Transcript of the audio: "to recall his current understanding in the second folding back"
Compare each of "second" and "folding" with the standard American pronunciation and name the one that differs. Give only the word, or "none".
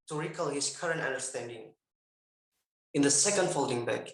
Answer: none